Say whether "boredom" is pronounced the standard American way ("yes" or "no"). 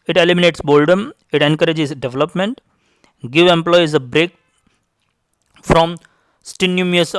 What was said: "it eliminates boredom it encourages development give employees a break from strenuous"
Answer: no